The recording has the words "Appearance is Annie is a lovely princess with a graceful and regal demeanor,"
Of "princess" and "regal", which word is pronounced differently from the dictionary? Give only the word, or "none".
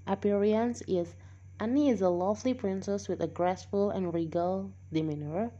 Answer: none